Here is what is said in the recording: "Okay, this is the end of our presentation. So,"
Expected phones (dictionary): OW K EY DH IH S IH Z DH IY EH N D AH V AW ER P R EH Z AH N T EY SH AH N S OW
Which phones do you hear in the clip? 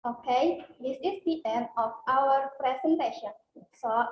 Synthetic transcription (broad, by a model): OW K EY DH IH S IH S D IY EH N AH F AW ER P R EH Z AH N T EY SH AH N S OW